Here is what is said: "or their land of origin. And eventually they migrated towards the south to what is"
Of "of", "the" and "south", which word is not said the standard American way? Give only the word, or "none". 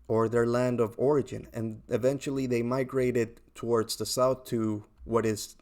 none